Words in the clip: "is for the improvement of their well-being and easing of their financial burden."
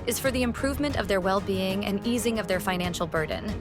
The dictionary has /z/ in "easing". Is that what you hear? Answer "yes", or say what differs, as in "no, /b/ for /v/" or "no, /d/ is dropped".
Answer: yes